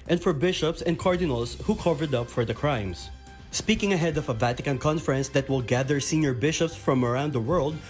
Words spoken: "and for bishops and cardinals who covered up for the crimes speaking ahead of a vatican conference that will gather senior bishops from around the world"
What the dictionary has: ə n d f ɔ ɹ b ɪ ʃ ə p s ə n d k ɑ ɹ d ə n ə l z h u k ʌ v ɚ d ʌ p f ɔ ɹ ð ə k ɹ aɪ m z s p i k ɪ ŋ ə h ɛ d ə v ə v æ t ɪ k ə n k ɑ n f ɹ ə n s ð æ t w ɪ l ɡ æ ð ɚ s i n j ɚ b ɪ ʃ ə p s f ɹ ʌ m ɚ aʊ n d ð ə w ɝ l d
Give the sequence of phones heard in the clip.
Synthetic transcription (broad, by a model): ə n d f ɔ ɹ b ɪ ʃ ə p s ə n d k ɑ ɹ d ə n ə l s h u k ʌ v ɚ d ʌ p f ɔ ɹ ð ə k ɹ aɪ m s s p i k ɪ ŋ ə h ɛ d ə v ə v æ t ɪ k ə n k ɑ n f ɹ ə n s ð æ t w ɪ l ɡ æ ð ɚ s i n j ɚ b ɪ ʃ ə p s f ɹ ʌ m ɚ aʊ n d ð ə w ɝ l d